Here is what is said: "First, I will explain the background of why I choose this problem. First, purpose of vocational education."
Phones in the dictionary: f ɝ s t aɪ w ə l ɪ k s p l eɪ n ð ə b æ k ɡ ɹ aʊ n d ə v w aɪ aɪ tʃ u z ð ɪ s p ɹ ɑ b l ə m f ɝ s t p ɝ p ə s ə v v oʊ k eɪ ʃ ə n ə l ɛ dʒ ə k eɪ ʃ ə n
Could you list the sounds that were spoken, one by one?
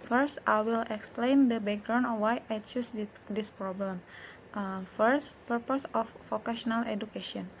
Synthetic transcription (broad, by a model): f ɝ s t aɪ w ə l ɪ k s p l eɪ n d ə b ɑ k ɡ ɹ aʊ n ə w aɪ aɪ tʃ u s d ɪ s p ɹ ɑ b l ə m f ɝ s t p ɝ p ə s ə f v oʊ k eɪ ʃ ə n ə l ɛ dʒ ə k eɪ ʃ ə n